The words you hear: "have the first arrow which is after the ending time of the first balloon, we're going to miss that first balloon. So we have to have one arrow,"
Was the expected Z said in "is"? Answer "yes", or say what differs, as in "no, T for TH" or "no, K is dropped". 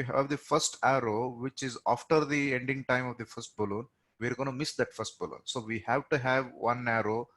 yes